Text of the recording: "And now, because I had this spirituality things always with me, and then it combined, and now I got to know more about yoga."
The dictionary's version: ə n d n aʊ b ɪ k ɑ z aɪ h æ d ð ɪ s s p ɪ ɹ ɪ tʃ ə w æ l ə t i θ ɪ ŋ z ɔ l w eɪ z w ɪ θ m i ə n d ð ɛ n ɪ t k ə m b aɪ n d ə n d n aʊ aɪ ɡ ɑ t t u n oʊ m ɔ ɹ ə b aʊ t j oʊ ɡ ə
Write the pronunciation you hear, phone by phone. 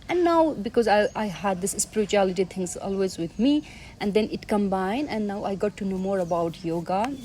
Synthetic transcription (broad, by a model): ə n n aʊ b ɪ k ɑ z aɪ h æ d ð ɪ s s p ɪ ɹ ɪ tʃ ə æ l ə t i t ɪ ŋ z ɔ l w eɪ z w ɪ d m i ə n d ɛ n ɪ t k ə m b aɪ n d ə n n aʊ aɪ ɡ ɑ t t u n oʊ m ɔ ɹ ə b aʊ t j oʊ ɡ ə